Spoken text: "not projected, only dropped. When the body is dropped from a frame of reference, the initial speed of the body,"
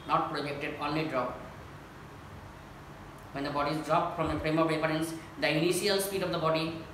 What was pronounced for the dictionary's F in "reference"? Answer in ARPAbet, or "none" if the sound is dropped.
none